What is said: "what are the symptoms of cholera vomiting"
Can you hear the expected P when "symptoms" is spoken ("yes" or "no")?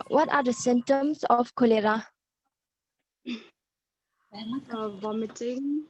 no